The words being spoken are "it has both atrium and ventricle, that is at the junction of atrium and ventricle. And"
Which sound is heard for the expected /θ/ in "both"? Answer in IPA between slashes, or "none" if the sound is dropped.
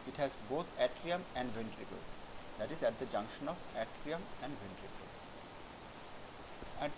/t/